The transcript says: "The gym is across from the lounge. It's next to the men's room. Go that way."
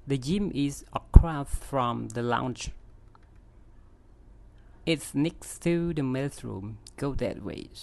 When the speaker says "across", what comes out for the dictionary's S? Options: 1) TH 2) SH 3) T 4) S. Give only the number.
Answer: 1